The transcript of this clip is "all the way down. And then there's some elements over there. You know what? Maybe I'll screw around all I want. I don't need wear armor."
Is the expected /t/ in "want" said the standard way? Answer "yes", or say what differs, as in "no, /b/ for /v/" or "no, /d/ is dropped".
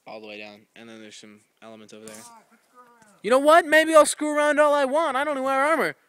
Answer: yes